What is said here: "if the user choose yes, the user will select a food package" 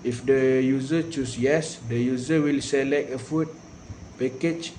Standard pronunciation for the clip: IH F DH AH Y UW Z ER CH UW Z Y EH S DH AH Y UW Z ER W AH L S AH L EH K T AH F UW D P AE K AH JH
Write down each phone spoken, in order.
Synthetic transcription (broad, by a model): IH F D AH Y UW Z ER CH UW S Y EH S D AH Y UW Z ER W AH L S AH L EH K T AH F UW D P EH K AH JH